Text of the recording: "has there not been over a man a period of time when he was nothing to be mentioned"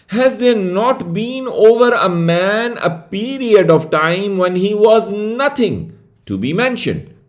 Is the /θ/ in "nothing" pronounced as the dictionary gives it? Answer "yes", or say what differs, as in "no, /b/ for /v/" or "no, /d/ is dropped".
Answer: no, /t/ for /θ/